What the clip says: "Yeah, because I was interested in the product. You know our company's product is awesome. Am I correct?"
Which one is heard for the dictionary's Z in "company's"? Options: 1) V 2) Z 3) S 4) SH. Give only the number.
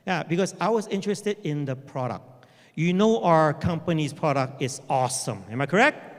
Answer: 3